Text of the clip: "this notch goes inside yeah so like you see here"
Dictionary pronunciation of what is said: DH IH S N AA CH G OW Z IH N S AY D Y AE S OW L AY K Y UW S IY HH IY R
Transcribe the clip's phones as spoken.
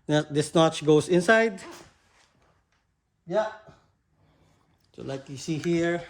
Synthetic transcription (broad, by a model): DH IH S N AA CH G OW S IH N S AY D Y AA S OW L AY K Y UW S IY HH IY R